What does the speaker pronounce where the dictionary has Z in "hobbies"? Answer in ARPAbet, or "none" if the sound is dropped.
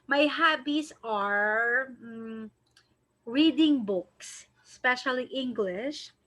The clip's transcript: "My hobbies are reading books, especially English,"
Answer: S